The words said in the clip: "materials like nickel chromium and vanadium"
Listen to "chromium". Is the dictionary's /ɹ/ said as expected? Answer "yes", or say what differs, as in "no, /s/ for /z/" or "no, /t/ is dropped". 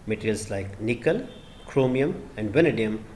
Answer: yes